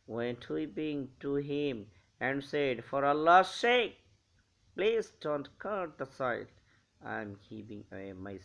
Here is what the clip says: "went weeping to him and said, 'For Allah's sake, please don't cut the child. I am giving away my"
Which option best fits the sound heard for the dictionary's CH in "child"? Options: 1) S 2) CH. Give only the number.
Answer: 1